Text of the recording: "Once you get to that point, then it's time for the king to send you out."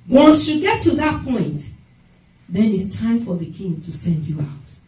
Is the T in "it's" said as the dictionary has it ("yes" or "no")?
yes